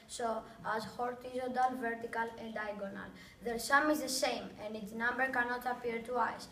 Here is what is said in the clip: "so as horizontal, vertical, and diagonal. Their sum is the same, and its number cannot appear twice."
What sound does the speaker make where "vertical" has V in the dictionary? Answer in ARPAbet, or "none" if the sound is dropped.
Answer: V